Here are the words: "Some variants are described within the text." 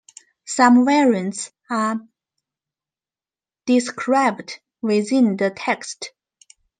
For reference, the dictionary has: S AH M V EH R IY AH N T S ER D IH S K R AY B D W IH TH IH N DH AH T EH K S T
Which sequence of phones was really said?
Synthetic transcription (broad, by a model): S AH M W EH R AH N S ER D IH S K R AY B D W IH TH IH N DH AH T EH K S T